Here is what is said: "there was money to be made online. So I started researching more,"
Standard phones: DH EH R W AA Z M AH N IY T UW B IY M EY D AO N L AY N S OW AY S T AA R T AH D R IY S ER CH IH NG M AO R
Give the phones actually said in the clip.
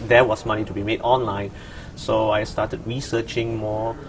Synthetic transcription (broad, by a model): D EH W AA S M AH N IY T UW B IY M EY D AO N L AY N S OW AY S T AA T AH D R IY S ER CH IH NG M AO